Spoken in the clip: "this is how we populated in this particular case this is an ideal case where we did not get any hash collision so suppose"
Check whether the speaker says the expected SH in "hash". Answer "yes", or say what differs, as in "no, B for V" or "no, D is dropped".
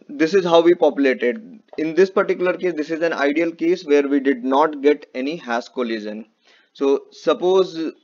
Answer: no, S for SH